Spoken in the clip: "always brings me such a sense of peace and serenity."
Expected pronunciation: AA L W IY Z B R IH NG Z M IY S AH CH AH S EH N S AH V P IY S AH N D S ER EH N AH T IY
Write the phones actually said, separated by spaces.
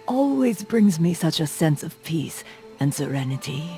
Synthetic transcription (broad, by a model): AA L W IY Z B R IH NG Z M IY S AH CH AH S EH N S AH V P IY S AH N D S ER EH N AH T IY